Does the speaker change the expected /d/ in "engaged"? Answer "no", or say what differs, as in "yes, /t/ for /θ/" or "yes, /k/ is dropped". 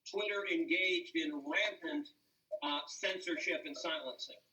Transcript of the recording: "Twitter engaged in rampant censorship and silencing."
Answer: no